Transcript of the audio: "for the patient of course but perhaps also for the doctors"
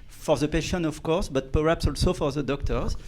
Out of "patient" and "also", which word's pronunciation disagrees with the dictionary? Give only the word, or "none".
patient